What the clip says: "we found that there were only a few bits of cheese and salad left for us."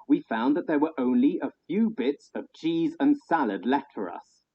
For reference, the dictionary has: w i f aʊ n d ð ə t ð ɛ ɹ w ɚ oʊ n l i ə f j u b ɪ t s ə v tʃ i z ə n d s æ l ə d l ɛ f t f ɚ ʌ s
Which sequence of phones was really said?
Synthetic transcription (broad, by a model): w i f aʊ n ð ə t ð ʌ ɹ w ɚ oʊ n l i ə f j u b ɪ t s ə v tʃ i z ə n s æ l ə d l ɛ t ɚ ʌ s